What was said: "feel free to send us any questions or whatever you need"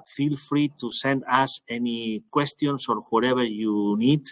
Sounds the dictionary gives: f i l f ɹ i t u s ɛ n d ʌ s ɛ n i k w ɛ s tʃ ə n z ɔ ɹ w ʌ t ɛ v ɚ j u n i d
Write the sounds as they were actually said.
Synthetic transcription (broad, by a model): f i l f ɹ i t u s ɛ n d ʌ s ɛ n i k w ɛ s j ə n s ɔ ɹ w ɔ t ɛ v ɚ j u n i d